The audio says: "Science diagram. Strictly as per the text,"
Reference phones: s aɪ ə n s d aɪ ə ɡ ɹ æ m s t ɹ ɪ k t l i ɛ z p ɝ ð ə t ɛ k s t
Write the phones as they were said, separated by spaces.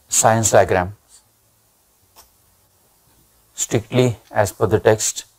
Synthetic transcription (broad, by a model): s aɪ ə n s d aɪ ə ɡ ɹ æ m s t ɹ ɪ k t l i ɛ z f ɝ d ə t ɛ k s t